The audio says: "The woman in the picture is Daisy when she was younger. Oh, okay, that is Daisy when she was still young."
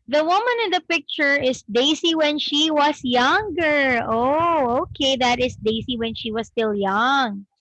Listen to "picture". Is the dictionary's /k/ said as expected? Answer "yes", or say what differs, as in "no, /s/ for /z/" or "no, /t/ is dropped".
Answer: yes